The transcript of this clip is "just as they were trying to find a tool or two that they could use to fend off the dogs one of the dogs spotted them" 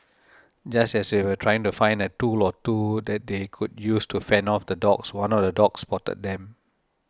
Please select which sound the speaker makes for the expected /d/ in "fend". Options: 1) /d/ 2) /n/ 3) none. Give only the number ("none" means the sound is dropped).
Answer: 3